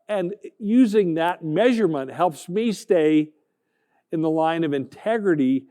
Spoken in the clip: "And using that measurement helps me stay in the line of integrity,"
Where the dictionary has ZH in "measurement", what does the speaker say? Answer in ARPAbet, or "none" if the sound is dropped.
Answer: ZH